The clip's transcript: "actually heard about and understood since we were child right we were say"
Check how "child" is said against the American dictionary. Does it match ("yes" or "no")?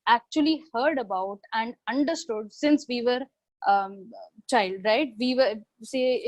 yes